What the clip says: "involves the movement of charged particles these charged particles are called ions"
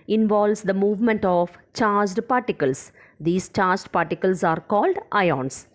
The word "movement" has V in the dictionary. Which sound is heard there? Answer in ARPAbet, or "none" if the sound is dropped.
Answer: V